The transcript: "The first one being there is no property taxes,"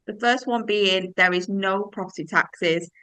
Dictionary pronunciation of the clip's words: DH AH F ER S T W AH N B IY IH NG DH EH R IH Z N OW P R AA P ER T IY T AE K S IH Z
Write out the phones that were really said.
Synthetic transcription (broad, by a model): DH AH F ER S T W AH N B IY IH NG DH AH R IH Z N OW P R AA P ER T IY T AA K S IH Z